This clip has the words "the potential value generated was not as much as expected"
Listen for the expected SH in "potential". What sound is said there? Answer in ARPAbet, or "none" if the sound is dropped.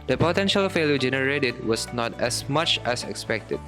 SH